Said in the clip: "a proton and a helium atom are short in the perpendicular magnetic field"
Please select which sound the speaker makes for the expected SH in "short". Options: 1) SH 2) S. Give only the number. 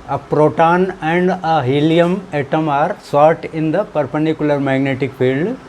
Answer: 2